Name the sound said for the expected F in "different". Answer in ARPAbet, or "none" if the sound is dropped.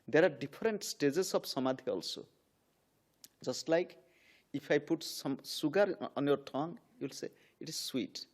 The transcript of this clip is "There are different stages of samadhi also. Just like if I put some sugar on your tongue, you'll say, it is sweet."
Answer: P